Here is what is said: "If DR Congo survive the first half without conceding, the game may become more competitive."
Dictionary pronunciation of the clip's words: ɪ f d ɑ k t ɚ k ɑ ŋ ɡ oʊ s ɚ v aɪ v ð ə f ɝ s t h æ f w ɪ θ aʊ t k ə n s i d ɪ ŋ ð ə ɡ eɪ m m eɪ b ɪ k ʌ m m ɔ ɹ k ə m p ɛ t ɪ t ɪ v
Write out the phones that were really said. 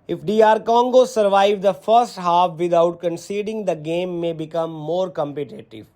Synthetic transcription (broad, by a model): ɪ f d ɑ t k ɑ ŋ ɡ oʊ s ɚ v aɪ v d ə f ɝ s t h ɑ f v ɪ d aʊ t k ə n s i d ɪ ŋ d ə ɡ eɪ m m eɪ b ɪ k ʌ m m ɔ ɹ k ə m p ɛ t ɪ t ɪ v